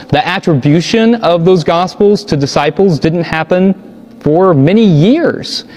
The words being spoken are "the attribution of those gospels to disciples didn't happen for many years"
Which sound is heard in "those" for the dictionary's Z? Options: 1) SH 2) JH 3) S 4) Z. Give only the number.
4